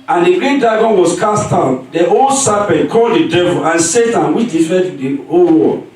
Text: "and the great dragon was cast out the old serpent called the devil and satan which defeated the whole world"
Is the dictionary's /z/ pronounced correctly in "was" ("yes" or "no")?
no